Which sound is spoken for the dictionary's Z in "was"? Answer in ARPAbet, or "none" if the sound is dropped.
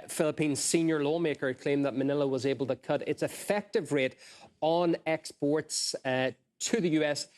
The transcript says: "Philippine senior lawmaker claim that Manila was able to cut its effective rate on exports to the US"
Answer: Z